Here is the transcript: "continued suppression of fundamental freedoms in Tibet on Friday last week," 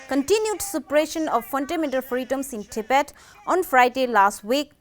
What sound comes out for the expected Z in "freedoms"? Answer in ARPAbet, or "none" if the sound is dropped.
S